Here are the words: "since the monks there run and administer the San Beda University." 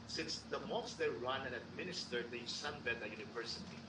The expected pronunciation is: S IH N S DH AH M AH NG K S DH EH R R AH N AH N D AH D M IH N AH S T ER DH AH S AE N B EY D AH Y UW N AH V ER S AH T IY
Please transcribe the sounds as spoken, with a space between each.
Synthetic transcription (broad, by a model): S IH N S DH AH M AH K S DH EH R R AH N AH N AH D M IH N AH S T ER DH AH S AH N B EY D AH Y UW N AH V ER S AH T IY